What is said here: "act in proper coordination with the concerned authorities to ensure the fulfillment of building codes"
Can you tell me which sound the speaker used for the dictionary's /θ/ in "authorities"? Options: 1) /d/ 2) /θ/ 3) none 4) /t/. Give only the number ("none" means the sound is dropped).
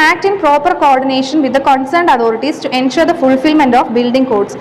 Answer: 4